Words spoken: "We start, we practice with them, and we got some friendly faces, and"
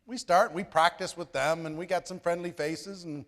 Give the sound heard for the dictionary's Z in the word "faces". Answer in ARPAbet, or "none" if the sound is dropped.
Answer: Z